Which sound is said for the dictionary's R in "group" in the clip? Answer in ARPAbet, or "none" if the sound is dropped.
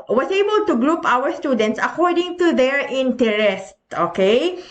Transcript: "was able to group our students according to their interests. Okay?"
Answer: R